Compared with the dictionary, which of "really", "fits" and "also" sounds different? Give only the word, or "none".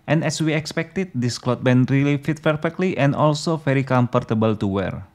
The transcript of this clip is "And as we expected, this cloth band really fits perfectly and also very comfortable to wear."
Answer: fits